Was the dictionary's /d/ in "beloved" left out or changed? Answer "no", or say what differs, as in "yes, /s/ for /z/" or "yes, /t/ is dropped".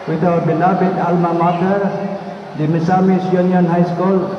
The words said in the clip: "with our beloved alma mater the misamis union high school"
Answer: yes, /d/ is dropped